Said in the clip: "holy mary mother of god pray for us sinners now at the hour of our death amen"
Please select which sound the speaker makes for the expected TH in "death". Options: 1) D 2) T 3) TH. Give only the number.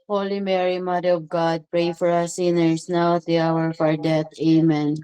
2